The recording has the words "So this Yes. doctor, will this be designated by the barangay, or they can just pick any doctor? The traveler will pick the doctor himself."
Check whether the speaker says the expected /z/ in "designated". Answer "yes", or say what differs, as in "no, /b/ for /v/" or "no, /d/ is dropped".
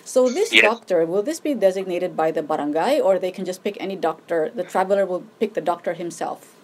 yes